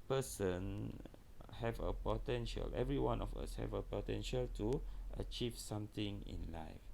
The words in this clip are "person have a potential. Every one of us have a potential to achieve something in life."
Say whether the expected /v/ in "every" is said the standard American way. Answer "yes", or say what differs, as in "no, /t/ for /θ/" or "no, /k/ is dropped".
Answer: yes